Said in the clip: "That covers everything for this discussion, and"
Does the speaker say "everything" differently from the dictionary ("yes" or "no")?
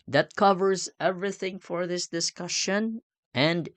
no